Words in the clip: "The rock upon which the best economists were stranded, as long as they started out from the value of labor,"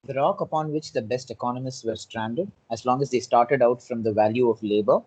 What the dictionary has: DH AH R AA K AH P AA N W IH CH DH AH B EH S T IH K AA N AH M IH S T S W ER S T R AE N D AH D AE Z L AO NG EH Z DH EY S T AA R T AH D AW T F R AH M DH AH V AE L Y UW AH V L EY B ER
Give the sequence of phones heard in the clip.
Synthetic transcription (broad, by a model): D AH R AA K AH P AA N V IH CH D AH B EH S T IH K AA N AH M IH S T S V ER S T R AE N D AH D AE Z L AO NG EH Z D EY S T AA R T AH D AW T F R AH M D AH V AE L Y UW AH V L EY B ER